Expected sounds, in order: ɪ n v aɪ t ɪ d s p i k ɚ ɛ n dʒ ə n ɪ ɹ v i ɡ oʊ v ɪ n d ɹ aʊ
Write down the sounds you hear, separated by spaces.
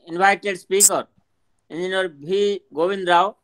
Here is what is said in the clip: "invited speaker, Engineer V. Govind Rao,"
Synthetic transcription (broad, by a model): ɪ n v aɪ t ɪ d s p i k ɚ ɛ n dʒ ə n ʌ ɹ b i ɡ oʊ v ɪ n d ɹ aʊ